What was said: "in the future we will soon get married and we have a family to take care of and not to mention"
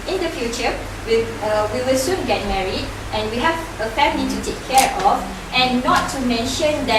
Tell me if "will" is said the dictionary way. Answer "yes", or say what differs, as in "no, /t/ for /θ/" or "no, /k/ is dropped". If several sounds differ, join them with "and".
no, /w/ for /l/